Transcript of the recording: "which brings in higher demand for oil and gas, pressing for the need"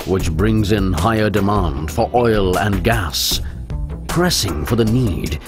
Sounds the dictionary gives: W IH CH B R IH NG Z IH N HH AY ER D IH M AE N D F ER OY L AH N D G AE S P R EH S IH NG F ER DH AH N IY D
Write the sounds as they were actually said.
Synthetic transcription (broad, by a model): W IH CH B R IH NG Z IH N HH AY ER D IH M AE N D F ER OY L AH N G AE S P R EH S IH NG F ER DH AH N IY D